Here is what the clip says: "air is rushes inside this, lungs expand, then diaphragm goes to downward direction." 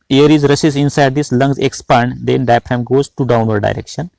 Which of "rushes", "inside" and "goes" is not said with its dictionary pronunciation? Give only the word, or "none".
rushes